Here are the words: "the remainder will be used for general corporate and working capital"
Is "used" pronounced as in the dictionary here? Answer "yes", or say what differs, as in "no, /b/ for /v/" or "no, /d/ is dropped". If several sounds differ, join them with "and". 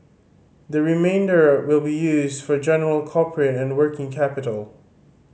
yes